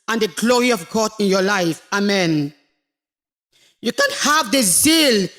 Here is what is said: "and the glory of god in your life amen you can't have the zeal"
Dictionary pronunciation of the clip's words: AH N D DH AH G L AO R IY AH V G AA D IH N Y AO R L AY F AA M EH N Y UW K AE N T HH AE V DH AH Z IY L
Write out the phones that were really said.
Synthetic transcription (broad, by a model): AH N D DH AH G L AO R IY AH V G AA D IH N Y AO L AY F AA M EH N Y UW K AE N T HH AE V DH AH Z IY L